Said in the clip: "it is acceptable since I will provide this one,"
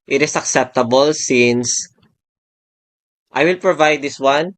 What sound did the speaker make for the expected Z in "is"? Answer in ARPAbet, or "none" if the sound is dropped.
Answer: S